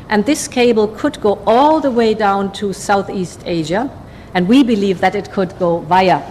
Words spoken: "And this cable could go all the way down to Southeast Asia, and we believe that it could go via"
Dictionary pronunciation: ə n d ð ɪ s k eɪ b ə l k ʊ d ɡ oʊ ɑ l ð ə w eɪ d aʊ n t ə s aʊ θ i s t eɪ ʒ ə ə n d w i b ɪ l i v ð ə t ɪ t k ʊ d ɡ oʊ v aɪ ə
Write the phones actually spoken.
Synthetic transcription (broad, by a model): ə n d ð ɪ s k eɪ b l k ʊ d ɡ oʊ ɑ l ð ə w eɪ d aʊ n t ə s aʊ θ i s t eɪ ʒ ə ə n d w i b ɪ l i v ð ə t ɪ t k ʊ d ɡ oʊ v aɪ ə